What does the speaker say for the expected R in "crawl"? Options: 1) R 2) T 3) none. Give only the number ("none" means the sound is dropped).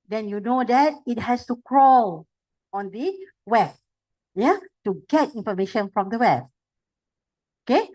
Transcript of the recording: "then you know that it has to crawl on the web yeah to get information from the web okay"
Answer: 1